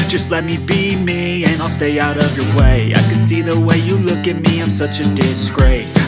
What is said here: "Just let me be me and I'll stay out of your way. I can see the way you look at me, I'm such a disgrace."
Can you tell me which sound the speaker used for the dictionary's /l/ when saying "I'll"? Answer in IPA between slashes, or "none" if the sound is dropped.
/l/